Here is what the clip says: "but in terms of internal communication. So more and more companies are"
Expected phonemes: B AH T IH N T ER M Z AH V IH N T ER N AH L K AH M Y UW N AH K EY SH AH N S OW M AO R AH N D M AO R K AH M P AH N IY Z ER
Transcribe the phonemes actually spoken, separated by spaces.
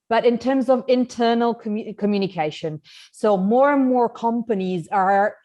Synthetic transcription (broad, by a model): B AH T IH N T ER M Z AH V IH N T ER N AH L K AH M Y UW N AH K EY SH AH N S OW M AO R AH N M AO R K AH M P AH N IY Z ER